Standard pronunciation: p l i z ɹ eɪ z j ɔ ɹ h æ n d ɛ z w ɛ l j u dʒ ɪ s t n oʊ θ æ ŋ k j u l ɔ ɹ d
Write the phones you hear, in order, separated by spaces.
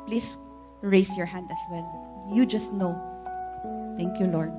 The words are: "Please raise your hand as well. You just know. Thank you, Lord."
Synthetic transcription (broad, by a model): p l i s ɹ eɪ s j ɔ ɹ h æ n d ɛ s w ɛ l j u dʒ ɪ s t n oʊ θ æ ŋ k j u l ɔ ɹ d